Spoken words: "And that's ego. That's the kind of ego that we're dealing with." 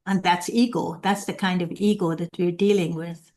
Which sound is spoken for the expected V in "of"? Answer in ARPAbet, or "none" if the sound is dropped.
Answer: V